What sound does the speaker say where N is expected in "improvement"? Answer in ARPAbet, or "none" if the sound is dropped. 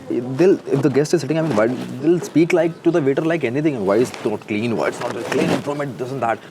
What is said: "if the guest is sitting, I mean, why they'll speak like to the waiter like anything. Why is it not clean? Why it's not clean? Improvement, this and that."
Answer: none